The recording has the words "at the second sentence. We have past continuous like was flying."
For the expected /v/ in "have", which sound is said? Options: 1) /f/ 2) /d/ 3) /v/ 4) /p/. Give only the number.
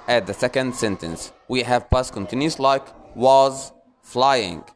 3